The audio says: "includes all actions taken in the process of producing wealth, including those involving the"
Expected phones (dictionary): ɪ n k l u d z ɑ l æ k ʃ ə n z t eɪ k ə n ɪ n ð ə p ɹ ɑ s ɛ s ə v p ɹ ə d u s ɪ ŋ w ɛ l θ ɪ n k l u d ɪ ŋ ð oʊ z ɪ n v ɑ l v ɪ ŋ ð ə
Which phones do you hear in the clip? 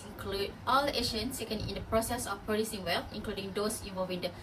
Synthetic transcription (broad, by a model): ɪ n k l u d ɑ l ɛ ʃ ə n s t eɪ k ə n ɪ n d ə p ɹ ɑ s ɛ s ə f p ɹ ə d u s ɪ ŋ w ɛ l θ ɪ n k l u d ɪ ŋ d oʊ s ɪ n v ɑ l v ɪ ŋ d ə